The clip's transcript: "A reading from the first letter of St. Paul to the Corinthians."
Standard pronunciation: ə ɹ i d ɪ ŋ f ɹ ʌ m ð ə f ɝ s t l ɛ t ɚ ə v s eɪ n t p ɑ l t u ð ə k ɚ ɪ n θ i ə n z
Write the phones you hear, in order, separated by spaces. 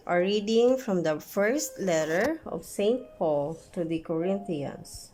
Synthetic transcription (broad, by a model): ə ɹ i d ɪ ŋ f ɹ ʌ m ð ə f ɝ s t l ɛ t ɚ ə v s eɪ n t p ɑ l t u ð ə k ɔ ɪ n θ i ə n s